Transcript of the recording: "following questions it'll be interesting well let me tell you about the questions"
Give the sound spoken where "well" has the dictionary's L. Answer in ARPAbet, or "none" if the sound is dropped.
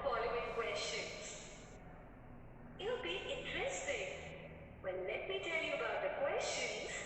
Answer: N